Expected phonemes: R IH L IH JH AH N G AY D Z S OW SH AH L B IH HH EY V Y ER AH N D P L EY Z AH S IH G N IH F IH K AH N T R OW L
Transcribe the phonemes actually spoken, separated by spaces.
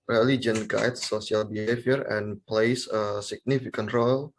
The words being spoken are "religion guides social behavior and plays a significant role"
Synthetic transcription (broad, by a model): R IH L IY JH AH N G AY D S S OW S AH L B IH HH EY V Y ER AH N P L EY S AH S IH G N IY F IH K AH N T R OW L